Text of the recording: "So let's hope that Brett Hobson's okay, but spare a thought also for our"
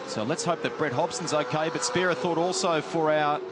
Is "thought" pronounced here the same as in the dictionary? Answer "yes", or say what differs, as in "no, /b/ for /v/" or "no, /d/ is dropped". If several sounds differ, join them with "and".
yes